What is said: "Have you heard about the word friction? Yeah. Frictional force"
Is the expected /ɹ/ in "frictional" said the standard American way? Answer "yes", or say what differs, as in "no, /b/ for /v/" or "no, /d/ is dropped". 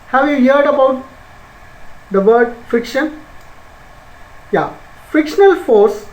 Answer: no, /ɹ/ is dropped